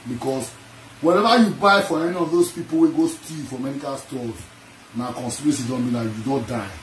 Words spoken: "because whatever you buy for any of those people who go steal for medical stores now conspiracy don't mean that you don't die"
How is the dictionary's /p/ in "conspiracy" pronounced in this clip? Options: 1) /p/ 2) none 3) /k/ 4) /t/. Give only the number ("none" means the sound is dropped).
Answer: 2